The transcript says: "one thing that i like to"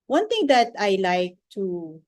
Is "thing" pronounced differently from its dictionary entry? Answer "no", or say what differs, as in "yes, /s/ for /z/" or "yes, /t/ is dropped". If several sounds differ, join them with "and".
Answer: yes, /t/ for /θ/